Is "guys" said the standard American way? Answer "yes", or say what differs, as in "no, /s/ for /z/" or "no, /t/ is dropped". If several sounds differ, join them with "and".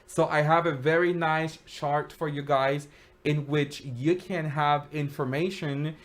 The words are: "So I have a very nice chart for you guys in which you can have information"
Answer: yes